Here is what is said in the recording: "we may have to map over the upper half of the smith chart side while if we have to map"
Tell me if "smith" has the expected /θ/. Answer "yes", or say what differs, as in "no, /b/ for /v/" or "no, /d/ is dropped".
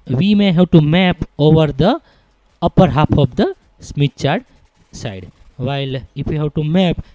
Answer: no, /t/ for /θ/